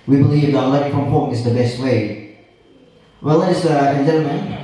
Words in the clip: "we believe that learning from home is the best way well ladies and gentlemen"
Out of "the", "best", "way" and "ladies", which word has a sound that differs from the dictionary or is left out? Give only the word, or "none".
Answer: ladies